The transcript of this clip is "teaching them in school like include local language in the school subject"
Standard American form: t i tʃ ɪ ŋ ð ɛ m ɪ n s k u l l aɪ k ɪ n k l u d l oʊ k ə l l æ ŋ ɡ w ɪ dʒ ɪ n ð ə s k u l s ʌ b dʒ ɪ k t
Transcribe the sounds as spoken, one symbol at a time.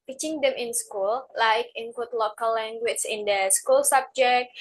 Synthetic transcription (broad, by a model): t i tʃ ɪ ŋ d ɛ m ɪ n s k u l l aɪ k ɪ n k w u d l oʊ k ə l l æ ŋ ɡ w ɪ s ɪ n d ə s k u l s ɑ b dʒ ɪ k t